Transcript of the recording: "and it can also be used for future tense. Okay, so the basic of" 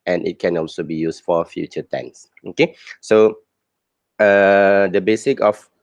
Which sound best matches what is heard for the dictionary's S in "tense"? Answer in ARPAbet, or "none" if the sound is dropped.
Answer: S